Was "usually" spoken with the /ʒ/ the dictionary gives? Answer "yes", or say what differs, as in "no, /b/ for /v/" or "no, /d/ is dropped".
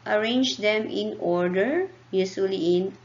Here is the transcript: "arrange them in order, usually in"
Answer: no, /s/ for /ʒ/